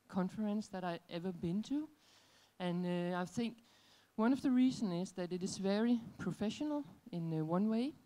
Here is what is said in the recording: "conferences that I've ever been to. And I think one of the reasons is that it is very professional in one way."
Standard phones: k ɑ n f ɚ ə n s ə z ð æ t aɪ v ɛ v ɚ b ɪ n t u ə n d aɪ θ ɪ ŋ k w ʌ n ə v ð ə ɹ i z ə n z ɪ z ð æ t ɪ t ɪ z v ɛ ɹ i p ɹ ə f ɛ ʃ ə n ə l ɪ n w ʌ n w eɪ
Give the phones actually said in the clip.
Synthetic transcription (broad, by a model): k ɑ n f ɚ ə n s ð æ t aɪ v ɛ v ɚ b ɪ n t u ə n aɪ θ ɪ ŋ k w ʌ n ə v ð ə ɹ i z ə n ɪ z ð æ t ɪ t ɪ z v ɛ ɹ i p ɹ ə f ɛ ʃ ə n ə l ɪ n w ʌ n w eɪ